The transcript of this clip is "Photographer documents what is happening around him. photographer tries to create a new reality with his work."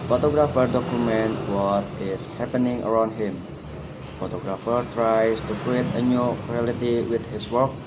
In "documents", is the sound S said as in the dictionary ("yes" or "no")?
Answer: no